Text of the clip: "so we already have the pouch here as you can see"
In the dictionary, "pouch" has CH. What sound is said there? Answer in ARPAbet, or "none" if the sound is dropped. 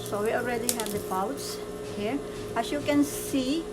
S